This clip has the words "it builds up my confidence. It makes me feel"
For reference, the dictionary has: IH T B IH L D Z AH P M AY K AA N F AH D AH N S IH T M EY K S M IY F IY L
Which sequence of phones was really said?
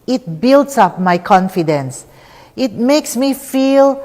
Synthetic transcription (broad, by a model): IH T B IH L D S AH P M AY K AA N F AH D AH N S IH T M EY K S M IY F IY L